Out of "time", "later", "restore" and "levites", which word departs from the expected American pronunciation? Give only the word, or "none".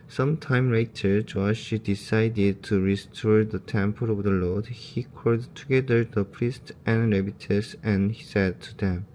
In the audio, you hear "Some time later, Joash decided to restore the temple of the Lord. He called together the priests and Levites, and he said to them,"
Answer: levites